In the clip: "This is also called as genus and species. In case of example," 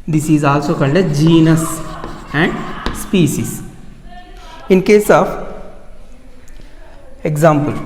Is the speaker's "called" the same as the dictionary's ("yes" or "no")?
no